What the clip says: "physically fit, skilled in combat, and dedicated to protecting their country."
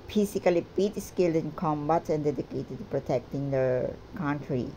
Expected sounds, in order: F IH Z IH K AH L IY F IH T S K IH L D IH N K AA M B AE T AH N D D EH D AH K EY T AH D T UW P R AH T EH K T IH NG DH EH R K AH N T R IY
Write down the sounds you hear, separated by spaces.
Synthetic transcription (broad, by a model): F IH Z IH K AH L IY P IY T S K IH L D IH N K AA M B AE T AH N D D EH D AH K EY T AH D T UW P R AH T EH K T IH NG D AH K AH N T R IY